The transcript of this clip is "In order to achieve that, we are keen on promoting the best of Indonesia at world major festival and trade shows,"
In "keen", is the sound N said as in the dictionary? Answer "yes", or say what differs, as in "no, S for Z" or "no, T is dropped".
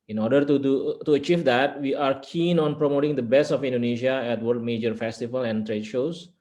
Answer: yes